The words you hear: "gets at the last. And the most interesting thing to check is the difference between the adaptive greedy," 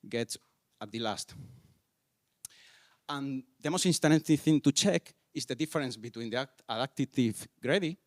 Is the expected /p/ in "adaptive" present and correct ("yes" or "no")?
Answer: no